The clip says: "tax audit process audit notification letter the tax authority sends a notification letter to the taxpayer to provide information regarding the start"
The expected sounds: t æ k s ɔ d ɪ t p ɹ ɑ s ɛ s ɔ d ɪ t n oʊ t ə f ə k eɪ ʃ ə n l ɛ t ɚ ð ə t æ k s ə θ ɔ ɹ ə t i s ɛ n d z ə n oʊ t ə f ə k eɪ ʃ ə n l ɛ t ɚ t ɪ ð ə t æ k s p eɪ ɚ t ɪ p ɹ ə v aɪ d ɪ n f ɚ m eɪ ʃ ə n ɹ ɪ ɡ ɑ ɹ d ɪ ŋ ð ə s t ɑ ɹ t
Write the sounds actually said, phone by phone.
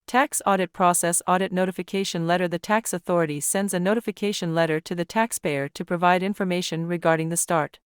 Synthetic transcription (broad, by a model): t æ k s ɔ d ɪ t p ɹ ɑ s ɛ s ɔ d ɪ t n oʊ t ə f ə k eɪ ʃ ə n l ɛ t ɚ ð ə t æ k s ə θ ɔ ɹ ə t i s ɛ n d z ə n oʊ t ə f ə k eɪ ʃ ə n l ɛ t ɚ t ɪ ð ə t æ k s p eɪ ɚ t ɪ p ɹ ə v aɪ d ɪ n f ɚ m eɪ ʃ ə n ɹ ɪ ɡ ɑ ɹ d ɪ ŋ ð ə s t ɑ ɹ t